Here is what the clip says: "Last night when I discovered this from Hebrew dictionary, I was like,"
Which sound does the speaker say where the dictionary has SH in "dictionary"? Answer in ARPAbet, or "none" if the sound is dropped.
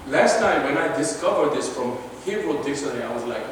S